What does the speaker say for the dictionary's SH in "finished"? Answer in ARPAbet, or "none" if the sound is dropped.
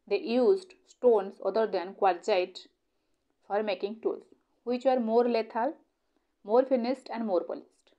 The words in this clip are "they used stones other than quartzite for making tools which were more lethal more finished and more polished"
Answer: S